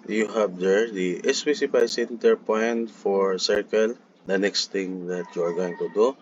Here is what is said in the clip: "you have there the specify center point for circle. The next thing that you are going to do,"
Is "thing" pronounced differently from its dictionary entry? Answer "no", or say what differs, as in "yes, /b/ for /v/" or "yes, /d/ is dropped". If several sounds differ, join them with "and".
yes, /t/ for /θ/